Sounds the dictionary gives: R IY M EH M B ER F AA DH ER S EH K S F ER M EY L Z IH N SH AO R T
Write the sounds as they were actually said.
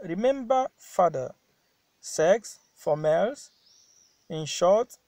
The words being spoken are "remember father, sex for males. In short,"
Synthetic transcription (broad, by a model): R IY M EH M B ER F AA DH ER S EH K S F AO M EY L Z IH N SH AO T